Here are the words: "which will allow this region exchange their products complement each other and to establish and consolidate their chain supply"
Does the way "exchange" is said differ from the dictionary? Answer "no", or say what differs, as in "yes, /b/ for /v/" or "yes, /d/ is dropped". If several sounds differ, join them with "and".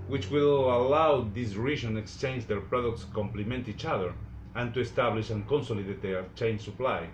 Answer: no